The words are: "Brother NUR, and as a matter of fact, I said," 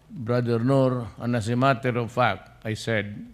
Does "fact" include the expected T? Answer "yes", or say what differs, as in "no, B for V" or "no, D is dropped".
no, T is dropped